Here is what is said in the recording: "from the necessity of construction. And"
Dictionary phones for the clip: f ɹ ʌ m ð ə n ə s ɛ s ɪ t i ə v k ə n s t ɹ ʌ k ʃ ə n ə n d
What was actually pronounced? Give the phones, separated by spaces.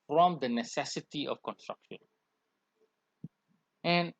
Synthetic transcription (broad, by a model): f ɹ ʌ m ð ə n ə s ɛ s ɪ t i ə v k ə n s t ɹ ʌ k ʃ ə n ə n